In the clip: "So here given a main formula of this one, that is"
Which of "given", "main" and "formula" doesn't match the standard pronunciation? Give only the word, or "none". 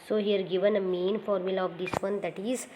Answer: none